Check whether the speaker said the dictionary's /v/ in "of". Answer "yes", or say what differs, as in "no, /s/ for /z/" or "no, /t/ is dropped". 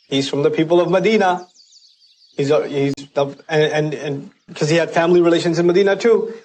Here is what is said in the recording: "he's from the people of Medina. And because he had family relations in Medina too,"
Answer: yes